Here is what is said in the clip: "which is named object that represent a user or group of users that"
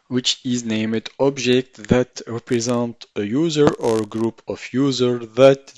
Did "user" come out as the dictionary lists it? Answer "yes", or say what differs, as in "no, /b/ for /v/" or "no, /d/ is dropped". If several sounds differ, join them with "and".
yes